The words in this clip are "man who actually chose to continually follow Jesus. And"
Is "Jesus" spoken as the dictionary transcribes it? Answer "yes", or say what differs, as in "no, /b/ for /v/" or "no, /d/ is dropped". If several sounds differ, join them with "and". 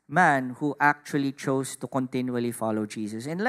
no, /s/ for /z/